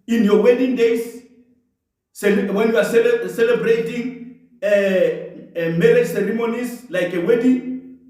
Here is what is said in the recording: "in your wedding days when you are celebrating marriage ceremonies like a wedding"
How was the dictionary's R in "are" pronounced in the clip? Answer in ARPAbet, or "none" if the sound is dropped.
L